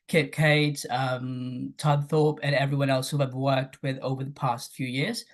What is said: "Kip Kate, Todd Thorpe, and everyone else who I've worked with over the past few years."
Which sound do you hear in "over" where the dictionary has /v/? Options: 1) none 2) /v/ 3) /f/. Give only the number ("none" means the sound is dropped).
2